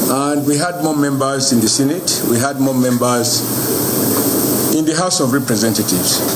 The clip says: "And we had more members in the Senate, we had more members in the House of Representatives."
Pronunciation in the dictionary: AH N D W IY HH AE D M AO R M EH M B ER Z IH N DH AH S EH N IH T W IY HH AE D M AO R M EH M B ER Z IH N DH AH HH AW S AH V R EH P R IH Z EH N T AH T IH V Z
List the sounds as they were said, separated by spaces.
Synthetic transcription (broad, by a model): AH N D W IY HH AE D M AO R M EH M B ER Z IH N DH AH S EH N IH T W IY HH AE D M AO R M EH M B ER Z IH N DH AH HH AW S AH V R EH P R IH Z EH N T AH T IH V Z